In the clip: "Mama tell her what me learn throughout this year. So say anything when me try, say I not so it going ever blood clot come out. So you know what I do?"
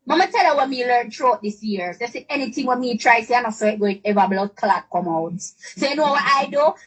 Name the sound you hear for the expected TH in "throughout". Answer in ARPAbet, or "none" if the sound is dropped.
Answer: T